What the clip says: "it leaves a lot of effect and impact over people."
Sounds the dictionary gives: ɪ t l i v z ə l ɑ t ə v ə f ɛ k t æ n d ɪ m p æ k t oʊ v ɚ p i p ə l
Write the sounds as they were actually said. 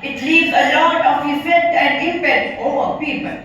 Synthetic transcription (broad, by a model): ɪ t l i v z ə l ɑ t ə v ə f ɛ t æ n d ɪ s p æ t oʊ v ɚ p i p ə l